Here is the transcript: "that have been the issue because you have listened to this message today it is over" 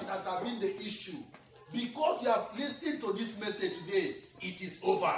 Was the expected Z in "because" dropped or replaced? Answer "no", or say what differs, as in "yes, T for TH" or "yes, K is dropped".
yes, S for Z